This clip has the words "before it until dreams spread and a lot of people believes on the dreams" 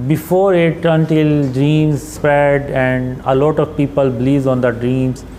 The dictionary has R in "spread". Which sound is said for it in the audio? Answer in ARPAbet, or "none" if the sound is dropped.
none